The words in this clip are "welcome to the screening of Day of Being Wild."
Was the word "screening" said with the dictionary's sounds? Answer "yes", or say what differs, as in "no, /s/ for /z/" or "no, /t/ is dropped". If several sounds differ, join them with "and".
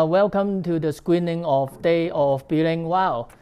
no, /w/ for /ɹ/